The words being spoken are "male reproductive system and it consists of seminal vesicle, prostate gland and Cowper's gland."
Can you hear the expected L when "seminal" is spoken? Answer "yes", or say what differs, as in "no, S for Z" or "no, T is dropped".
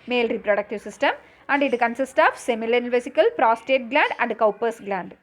no, N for L